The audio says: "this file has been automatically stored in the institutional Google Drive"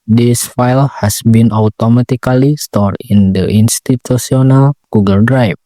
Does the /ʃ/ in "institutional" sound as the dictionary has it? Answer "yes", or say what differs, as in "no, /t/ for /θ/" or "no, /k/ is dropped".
no, /s/ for /ʃ/